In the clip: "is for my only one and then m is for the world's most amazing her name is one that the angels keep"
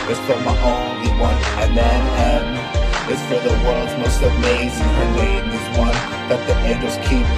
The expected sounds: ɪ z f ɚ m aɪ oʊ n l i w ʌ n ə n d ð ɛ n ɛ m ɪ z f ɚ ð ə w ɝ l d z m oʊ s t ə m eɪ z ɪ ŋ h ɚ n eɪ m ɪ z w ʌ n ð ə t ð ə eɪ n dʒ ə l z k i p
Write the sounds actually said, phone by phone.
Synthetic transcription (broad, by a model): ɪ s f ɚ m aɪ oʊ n i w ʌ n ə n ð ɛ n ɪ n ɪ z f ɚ ð ə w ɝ d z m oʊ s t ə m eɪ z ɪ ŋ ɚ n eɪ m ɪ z w ʌ n ð ə t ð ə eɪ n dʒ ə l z k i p